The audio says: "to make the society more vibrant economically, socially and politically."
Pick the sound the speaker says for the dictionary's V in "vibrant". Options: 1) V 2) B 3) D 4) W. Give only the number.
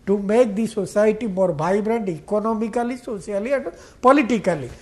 2